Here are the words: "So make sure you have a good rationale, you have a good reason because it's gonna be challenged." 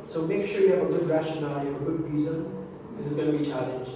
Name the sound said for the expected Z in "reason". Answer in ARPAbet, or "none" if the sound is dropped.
Z